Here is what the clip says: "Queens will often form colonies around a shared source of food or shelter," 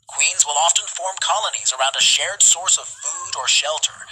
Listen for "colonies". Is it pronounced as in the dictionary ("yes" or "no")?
yes